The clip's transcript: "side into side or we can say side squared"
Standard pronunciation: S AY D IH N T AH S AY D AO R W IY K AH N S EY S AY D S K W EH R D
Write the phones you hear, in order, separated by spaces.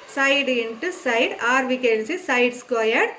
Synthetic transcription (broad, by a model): S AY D IH N T AH S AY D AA R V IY K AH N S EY S AY D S K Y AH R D